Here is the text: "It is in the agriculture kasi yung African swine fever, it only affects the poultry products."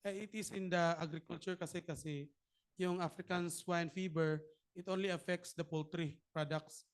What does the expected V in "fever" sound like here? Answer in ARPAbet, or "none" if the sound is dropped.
B